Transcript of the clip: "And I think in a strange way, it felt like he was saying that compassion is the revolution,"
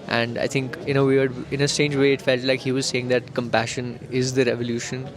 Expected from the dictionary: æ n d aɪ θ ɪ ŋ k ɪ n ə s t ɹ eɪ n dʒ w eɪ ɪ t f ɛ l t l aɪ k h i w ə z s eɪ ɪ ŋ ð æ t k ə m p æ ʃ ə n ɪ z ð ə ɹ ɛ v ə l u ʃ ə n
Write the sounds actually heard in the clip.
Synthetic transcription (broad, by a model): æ n d aɪ t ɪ ŋ k ɪ n ə s t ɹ eɪ n dʒ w eɪ ɪ t f ɛ l t l aɪ k h i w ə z s eɪ ɪ ŋ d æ t k ə m p æ ʃ ə n ɪ z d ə ɹ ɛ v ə l u ʃ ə n